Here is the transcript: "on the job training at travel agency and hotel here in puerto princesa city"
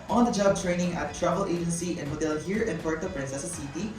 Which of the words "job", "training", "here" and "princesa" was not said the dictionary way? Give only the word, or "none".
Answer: none